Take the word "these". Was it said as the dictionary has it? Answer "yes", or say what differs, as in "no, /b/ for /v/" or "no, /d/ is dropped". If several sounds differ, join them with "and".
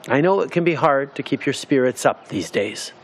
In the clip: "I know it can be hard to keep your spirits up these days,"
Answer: yes